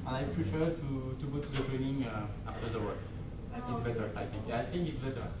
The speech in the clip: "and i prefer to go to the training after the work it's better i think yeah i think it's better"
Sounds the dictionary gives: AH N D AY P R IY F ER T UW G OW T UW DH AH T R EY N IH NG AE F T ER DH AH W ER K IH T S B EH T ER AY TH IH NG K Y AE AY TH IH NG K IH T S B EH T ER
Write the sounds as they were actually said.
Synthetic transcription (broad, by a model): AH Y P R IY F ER T UW G OW T UW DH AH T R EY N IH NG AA F T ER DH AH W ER IH T S B EH T ER AY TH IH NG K AY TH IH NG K IH T S B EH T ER